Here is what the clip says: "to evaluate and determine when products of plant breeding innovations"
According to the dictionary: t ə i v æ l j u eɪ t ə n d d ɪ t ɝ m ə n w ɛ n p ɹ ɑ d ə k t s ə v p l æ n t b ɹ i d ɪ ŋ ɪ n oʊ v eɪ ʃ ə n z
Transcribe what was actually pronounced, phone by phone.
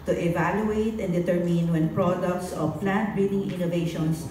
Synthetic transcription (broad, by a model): t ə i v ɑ l j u eɪ t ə n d d ɪ t ɝ m ə n w ɛ n p ɹ ɑ d ə k t s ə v p l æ n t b i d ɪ ŋ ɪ n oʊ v eɪ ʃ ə n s